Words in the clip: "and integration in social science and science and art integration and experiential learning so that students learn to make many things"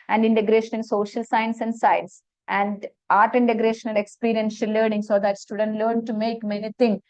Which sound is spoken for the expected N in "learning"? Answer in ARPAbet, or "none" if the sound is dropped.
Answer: N